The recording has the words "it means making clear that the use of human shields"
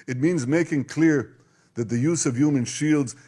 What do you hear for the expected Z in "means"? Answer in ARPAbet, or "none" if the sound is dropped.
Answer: Z